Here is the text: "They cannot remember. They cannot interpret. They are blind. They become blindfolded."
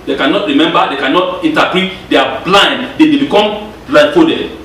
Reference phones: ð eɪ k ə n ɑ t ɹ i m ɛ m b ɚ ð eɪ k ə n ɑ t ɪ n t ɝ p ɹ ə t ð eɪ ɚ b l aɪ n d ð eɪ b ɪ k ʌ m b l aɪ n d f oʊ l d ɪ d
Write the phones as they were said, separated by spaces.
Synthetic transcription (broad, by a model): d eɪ k ə n ɑ t ɹ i m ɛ m b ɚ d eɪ k ə n ɑ t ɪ n t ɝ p ə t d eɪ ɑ b l aɪ n d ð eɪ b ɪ k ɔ m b l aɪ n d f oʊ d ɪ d